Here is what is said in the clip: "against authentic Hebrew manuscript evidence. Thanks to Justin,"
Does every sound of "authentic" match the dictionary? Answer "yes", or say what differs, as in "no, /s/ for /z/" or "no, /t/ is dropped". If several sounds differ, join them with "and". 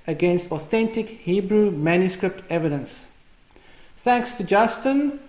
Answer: yes